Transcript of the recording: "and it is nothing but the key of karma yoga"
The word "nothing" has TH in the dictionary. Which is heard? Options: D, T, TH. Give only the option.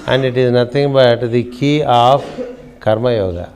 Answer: T